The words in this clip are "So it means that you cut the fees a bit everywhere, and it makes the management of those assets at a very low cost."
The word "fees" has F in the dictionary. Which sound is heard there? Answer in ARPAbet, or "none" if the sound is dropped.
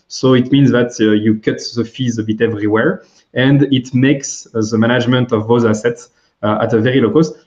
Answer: F